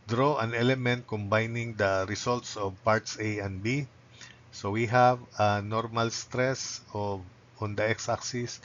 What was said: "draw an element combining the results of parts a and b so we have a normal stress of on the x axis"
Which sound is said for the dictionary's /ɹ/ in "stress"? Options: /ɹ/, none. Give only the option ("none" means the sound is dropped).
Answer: /ɹ/